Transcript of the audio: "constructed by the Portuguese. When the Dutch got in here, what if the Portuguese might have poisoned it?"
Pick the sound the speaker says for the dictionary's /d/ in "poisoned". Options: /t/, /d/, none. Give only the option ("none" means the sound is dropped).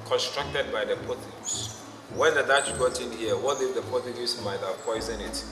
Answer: none